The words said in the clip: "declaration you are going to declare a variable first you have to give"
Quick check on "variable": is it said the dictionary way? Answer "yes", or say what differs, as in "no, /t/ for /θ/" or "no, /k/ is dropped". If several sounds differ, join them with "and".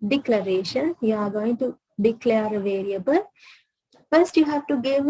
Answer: yes